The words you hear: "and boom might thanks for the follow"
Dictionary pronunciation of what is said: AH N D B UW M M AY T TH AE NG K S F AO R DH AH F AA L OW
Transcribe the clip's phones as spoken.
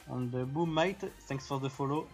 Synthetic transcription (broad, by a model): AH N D B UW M M AY T S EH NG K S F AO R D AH F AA L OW